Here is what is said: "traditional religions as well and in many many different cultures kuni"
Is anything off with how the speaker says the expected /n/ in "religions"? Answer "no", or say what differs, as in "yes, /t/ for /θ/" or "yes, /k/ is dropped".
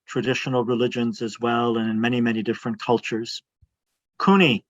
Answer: no